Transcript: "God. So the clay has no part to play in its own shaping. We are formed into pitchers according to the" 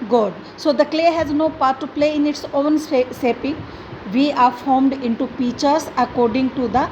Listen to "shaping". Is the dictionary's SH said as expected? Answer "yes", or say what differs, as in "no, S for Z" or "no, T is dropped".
no, S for SH